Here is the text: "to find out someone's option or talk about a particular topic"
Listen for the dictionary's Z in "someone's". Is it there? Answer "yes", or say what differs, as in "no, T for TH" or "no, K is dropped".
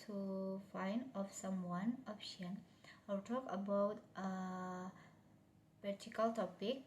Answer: no, Z is dropped